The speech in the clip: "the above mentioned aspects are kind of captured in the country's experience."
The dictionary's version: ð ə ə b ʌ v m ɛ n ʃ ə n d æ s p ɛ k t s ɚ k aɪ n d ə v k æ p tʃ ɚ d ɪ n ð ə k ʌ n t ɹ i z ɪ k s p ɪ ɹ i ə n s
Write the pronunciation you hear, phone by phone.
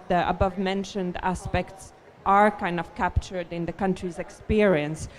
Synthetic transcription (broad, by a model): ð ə ə b ʌ v m ɛ n ʃ ə n d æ s p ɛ k t s ɚ k aɪ n d ə v k æ p tʃ ɚ d ɪ n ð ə k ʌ n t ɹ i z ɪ k s p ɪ ɹ i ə n s